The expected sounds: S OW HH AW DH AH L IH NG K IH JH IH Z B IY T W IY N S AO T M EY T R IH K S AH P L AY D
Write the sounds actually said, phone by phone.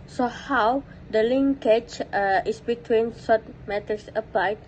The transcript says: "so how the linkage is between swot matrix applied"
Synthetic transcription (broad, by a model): S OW HH AW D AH L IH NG K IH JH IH S B IY T W IY N S AO T M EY T IH S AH P L AY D